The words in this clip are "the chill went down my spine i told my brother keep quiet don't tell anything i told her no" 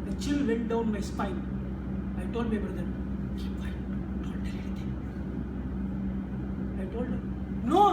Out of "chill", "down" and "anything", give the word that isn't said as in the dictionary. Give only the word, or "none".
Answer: anything